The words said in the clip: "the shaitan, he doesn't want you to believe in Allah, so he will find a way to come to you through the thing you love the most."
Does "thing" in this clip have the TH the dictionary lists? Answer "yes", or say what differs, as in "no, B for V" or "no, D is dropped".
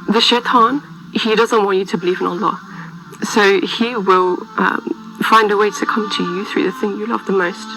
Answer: yes